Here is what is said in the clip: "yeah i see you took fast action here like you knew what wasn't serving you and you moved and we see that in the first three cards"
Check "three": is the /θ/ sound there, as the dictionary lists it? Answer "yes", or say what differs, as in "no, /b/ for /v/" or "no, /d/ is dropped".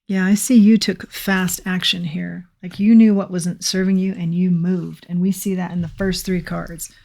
yes